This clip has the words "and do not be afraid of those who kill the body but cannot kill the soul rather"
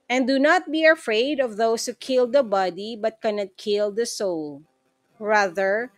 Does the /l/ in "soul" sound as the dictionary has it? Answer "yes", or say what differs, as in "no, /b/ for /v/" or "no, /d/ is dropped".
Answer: yes